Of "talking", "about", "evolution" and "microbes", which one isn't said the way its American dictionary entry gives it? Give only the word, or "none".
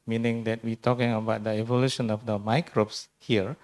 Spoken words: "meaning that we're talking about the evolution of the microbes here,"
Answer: microbes